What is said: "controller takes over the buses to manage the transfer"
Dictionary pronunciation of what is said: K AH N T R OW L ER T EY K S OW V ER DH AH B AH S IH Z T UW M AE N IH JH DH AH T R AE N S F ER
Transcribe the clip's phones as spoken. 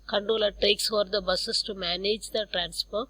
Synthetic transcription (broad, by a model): K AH N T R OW L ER T EY K S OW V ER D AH B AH S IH S T UW M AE N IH JH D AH T R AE N S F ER